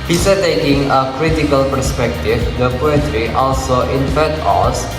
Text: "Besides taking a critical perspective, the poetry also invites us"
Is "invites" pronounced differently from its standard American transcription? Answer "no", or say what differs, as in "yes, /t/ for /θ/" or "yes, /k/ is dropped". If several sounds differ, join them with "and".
yes, /f/ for /v/ and /s/ is dropped